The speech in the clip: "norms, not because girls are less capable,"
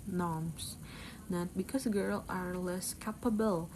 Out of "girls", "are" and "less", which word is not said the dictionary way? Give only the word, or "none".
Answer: girls